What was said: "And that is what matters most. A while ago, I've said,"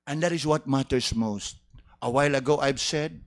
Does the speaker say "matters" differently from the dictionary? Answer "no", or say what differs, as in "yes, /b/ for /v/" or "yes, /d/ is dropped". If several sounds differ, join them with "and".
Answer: yes, /s/ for /z/